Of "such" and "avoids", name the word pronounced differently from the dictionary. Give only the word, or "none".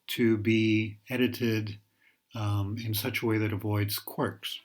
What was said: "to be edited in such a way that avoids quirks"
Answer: none